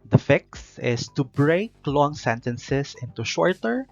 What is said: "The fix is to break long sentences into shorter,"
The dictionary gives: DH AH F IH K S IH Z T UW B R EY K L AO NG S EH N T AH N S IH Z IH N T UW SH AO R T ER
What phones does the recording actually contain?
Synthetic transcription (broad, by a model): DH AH F IH K S IH S T UW B R EY K L AO NG S EH N T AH N S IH S IH N T UW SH AO R T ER